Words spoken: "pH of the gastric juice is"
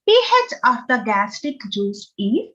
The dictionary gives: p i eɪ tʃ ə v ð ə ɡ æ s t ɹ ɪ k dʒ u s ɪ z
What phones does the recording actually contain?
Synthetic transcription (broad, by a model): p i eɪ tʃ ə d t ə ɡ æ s t ɪ k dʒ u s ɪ